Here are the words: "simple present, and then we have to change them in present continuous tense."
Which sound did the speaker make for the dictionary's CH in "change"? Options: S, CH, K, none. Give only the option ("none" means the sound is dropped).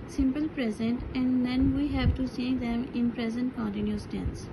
S